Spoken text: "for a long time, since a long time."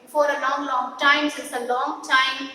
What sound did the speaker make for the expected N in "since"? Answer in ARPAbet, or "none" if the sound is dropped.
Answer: none